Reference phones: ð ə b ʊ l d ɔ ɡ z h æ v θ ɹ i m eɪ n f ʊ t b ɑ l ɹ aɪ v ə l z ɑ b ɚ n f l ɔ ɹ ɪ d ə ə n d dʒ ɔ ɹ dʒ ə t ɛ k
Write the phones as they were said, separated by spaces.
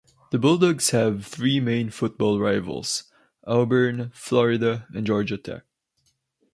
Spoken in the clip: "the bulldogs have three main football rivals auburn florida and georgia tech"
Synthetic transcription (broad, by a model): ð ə b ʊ l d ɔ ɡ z h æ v θ ɹ i m eɪ n f ʊ t b ɑ l ɹ aɪ v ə l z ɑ b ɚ n f l ɔ ɹ ɪ d ə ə n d dʒ ɔ ɹ dʒ ə t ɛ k